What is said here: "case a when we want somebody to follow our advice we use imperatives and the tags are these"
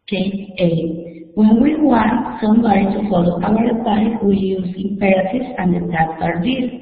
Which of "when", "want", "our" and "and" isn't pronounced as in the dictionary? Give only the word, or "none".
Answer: our